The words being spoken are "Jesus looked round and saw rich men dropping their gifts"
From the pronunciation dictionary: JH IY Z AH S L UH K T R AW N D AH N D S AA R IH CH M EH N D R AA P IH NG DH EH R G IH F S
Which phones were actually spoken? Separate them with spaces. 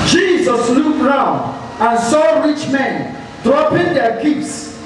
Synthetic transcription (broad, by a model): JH IY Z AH S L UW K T R AW N D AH N S AA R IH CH M EH N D R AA P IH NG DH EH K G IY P S